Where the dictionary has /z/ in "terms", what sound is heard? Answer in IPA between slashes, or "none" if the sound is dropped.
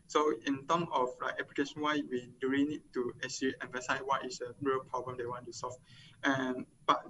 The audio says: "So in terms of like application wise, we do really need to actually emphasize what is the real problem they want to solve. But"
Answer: none